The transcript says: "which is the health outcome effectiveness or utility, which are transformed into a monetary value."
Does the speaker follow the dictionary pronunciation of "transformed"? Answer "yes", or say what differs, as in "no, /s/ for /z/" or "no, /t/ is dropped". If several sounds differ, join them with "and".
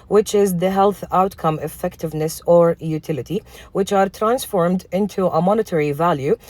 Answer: yes